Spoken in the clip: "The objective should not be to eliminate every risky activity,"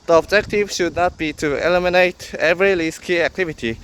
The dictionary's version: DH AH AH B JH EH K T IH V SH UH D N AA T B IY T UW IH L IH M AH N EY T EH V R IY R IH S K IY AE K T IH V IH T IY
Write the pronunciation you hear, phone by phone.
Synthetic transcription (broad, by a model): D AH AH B JH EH K T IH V SH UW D N AA T B IY T UW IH L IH M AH N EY T EH V R IY L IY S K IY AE K T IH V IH T IY